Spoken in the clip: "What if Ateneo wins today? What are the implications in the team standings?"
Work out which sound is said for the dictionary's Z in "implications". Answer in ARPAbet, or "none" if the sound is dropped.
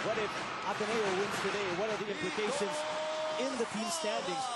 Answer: Z